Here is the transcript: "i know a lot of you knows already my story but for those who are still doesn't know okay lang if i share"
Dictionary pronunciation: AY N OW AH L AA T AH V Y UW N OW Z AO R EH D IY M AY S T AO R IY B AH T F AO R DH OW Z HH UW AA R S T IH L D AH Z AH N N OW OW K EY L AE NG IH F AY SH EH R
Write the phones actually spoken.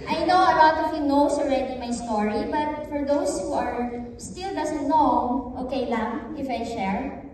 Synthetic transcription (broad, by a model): AY N OW AH L AA T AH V Y UW N OW S AO R EH D IY M AY S T AO R IY B AH T F AO R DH OW S HH UW AA R S T IH L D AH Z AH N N OW OW K EY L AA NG IH F AY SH EH R